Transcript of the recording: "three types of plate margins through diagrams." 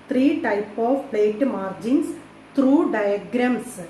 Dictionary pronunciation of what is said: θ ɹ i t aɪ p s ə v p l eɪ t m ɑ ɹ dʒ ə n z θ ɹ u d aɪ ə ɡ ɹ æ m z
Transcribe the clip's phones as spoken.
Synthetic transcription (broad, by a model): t ɹ i t aɪ p ə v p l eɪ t m ɑ ɹ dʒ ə n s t ɹ u d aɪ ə ɡ ɹ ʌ m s